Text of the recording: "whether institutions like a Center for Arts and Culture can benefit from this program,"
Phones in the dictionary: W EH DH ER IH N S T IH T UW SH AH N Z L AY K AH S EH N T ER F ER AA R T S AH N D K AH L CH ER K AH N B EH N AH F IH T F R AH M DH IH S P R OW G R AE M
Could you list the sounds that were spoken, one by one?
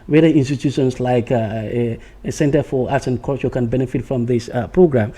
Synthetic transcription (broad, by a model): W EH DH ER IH N S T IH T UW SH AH N S L AY K AH S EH N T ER F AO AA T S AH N K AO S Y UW K AH N B EH N AH F IH T F R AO M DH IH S P R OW G R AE M